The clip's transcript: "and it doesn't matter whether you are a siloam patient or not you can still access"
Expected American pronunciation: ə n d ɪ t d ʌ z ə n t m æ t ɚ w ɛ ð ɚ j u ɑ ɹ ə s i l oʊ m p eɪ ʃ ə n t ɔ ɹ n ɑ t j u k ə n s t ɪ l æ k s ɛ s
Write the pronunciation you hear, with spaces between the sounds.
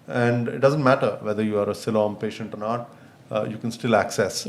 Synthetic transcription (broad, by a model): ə n d ɪ t d ʌ z ə n t m æ t ɚ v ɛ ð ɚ j u ɑ ɹ ə s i l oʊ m p eɪ ʃ ə n t ɔ ɹ n ɑ t j u k ə n s t ɪ l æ k s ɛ s